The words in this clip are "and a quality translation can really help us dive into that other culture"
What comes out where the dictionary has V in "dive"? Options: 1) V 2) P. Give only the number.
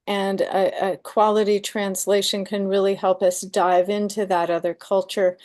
1